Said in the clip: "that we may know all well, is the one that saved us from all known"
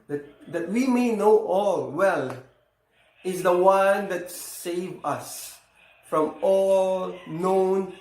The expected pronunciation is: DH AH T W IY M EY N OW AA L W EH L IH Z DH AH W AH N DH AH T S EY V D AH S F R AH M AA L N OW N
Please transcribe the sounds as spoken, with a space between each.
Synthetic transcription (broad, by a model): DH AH T W IY M EY N OW AA L W EH L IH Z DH AH W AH N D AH T S EY V AH S F R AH M AA L N OW N